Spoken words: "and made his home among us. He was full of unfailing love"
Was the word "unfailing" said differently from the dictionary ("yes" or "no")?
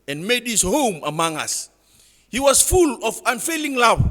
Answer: no